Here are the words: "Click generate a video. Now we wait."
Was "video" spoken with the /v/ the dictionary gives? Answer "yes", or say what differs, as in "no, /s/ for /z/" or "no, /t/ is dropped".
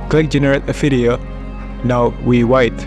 no, /f/ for /v/